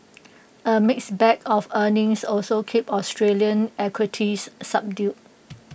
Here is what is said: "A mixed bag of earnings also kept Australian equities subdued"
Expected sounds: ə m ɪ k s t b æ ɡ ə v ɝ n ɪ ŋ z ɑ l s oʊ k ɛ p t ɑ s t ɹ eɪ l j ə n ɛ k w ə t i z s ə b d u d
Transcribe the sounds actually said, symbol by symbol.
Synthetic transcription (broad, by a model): ə m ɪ k s b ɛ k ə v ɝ n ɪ ŋ s ɑ l s oʊ k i p ɑ s t ɹ eɪ l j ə n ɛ k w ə t i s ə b d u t